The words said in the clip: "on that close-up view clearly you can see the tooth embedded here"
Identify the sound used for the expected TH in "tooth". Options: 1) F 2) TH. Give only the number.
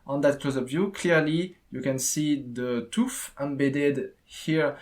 1